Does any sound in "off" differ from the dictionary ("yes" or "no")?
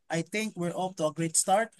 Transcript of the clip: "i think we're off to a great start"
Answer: yes